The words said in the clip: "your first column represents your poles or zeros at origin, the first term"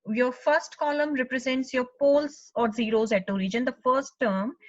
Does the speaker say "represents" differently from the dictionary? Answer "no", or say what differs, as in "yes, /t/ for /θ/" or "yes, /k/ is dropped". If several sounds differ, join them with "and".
no